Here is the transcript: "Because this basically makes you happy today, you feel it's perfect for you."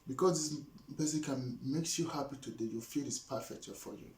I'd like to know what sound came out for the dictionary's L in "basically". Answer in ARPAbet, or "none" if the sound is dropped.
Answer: none